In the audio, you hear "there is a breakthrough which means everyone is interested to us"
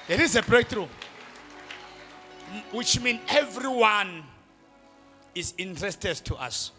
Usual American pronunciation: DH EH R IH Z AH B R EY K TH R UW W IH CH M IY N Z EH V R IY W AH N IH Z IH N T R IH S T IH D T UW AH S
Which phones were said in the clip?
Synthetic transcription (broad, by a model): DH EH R IH Z AH B R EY K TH R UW W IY CH M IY N EH V R IY W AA N IH Z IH N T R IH S T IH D T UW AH S